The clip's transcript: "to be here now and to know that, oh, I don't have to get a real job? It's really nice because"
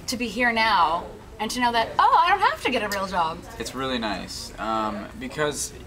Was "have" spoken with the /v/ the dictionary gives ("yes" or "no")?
no